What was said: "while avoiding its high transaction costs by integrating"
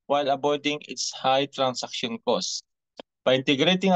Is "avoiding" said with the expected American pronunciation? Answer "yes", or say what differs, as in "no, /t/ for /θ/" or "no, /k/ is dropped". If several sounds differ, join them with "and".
no, /b/ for /v/